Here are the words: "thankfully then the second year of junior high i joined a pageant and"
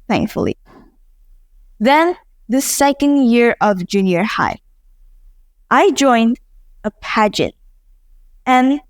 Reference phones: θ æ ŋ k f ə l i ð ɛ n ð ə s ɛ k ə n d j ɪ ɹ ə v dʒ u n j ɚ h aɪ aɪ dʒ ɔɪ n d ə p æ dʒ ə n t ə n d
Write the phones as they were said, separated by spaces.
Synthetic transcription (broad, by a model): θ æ ŋ k f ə l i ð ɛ n ð ə s ɛ k ə n d j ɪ ɹ ə v dʒ u n j ɚ h aɪ aɪ dʒ ɔɪ n d ə p æ dʒ ə n t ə n